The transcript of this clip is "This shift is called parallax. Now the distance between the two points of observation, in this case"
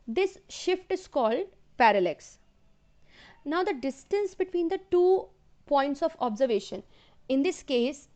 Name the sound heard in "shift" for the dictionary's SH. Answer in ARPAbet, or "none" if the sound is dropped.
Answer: SH